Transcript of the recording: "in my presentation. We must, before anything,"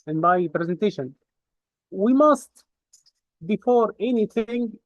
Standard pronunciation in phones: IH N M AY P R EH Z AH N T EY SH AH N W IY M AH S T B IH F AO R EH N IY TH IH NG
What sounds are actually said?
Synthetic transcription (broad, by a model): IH N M AY P R EH Z AH N T EY SH AH N W IY M AH S T B IH F AO R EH N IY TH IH NG